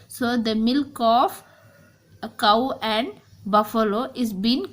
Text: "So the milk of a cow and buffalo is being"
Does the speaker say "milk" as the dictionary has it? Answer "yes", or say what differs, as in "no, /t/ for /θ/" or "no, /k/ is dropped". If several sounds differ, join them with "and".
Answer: yes